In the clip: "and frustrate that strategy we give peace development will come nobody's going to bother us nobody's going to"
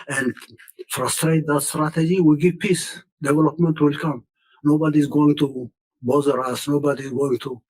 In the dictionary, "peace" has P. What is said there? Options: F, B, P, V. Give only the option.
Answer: P